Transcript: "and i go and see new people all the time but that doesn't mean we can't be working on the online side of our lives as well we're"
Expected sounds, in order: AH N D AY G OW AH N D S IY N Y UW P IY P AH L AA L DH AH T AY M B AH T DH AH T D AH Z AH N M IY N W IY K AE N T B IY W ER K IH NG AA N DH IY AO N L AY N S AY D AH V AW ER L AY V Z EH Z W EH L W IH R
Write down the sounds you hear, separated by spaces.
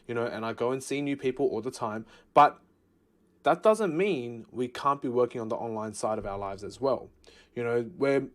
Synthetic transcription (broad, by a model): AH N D AY G OW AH N S IY N Y UW P IY P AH L AA L DH AH T AY M B AH T DH AH T D AH Z AH N M IY N W IY K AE N B IY W ER K IH NG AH N DH IY AO N L AY N S AY D AH V AW ER L AY V Z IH Z W EH L W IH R